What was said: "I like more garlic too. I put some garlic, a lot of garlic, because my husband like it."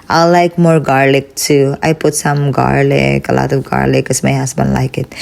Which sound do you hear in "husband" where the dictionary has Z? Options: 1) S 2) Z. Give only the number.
1